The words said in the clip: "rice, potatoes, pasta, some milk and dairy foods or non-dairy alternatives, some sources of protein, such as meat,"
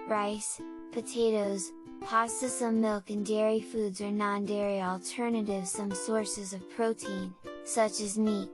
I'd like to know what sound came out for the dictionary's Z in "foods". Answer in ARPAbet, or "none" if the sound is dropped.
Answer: Z